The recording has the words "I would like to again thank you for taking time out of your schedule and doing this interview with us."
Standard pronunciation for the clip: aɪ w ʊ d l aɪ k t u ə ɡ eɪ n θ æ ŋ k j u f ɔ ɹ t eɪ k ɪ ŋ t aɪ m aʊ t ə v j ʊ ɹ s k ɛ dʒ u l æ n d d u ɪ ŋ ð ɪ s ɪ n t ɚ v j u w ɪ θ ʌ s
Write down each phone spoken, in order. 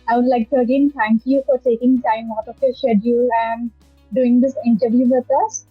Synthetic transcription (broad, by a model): aɪ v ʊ d l aɪ k t u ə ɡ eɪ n t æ ŋ k j u f ɔ ɹ t eɪ k ɪ ŋ t aɪ m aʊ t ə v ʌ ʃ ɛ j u æ n d d u ɪ ŋ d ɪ s ɪ n t ɚ v j u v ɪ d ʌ s